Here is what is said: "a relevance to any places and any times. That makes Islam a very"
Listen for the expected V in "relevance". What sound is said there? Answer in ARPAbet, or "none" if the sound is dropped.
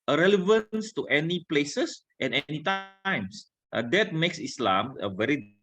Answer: V